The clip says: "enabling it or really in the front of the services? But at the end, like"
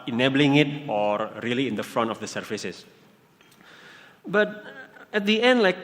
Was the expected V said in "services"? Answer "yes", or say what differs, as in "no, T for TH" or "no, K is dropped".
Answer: no, F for V